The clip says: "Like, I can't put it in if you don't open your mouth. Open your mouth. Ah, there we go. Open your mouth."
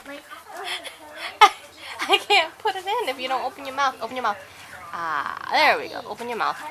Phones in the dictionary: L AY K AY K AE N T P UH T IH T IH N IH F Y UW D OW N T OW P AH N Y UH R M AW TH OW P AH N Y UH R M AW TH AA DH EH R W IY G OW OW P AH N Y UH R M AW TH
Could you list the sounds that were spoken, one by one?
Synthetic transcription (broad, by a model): AY AY K AE N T P UH T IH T IH N IH F Y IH D OW N T OW P AH N Y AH R M AW TH OW P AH N Y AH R M AW TH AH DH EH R W IY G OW OW P AH N Y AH R M AW TH